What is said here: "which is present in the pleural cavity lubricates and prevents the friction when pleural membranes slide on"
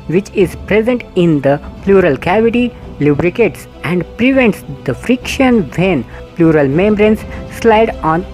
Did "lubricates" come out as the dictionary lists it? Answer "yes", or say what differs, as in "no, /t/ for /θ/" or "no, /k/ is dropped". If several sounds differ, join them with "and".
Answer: yes